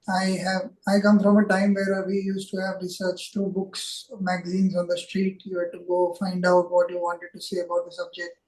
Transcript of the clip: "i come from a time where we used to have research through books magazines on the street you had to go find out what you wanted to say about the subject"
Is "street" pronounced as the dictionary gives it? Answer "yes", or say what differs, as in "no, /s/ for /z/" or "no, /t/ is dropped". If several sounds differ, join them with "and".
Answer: yes